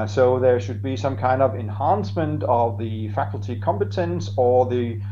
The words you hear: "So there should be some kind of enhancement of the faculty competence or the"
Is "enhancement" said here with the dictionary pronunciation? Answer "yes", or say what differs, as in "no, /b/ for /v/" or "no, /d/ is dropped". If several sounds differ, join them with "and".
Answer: yes